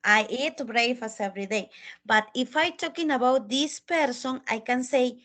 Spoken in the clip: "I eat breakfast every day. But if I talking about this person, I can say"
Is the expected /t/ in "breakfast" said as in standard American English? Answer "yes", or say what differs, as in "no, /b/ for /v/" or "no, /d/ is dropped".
no, /t/ is dropped